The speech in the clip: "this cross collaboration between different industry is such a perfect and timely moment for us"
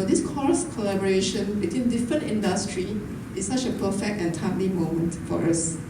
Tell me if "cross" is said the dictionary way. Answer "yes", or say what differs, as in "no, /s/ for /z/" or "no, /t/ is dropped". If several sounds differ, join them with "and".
no, /ɹ/ is dropped